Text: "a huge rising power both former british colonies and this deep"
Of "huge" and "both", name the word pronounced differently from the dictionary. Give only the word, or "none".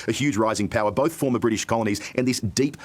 none